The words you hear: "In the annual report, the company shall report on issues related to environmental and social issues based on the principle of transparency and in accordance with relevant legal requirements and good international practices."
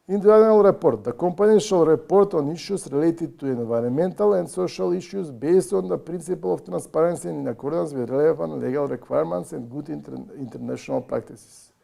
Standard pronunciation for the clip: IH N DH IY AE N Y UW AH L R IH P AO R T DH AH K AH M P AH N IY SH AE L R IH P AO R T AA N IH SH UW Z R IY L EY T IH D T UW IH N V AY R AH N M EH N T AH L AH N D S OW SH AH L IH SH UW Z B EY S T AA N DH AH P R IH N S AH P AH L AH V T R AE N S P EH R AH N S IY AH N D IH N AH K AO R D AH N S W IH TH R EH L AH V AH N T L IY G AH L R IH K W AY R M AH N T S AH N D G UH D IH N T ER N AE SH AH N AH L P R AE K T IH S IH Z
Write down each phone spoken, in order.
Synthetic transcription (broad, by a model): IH N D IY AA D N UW L R IH P AO R T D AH K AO M P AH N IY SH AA L R IH P AO R T AA N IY SH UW S R IY L EY T IH D T UW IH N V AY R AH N M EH N T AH L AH N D S OW SH AH L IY SH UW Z B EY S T AA N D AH P R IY N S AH P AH L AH F T R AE N S P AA R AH N S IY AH N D IH N AH K AO R D AH N S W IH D R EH L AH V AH N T L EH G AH L R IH K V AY R M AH N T S AH N D G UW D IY N T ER N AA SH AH N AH L P R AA K T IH S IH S